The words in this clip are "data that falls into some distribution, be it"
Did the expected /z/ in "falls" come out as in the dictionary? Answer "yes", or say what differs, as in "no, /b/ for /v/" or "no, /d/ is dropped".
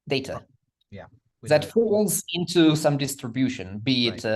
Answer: yes